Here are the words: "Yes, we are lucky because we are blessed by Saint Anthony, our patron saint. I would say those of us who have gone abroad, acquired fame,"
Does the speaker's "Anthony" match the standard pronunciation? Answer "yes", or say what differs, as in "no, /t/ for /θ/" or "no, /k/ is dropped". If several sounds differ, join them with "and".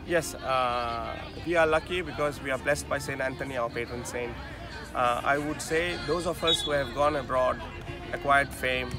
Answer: no, /t/ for /θ/